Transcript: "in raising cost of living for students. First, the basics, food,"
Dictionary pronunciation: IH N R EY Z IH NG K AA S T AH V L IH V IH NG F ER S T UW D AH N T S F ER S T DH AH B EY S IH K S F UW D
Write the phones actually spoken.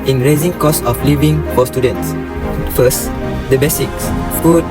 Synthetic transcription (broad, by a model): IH N R EY Z IH NG K AA S AH F L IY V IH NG F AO S T UW D AH N T S F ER S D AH B EY S IH K S F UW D